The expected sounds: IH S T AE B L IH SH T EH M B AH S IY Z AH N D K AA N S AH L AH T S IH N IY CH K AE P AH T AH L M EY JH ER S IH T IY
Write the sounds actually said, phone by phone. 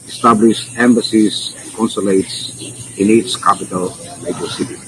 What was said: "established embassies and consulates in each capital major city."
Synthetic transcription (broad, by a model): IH S T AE B L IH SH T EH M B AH S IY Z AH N K AA N S AH L AH T S IH N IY S K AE P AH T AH L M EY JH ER S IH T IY